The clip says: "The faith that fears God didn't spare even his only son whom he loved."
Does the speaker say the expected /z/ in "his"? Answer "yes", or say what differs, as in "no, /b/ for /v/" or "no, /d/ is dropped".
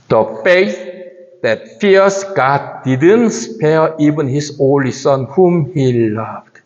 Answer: no, /s/ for /z/